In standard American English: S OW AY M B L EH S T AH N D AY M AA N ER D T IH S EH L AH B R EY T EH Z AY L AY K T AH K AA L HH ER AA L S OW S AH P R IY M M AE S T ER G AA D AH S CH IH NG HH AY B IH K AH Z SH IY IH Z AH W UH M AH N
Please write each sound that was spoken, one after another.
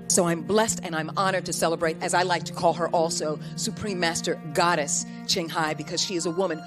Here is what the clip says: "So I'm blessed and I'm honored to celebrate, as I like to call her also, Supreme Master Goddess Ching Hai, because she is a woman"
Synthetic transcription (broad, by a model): S OW AY M B L EH S T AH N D AY M AA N ER D T IH S EH L AH B R EY T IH Z AY L AY K T AH K AA L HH ER AA L S OW S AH P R IY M M AE S T ER G AA D AH S CH IH NG HH AY B IH K AH Z SH IY IH Z AH W UH M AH N